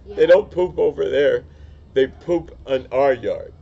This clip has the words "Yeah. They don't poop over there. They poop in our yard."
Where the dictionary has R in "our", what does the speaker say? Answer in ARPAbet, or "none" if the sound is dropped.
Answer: R